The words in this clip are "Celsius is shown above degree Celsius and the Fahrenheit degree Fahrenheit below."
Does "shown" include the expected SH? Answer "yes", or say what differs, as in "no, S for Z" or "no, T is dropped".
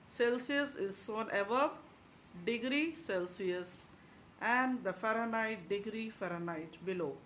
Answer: no, S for SH